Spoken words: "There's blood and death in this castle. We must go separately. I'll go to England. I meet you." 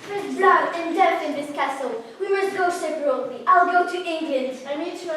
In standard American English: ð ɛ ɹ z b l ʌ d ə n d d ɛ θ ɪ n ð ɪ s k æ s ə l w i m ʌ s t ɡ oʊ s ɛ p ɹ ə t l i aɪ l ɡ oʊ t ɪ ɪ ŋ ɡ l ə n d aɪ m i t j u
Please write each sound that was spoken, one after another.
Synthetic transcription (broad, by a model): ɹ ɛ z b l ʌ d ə n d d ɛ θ ɪ n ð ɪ s k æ s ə l w i m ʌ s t ɡ oʊ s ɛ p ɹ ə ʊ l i aɪ l ɡ oʊ t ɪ ɪ ŋ ɡ l ə n d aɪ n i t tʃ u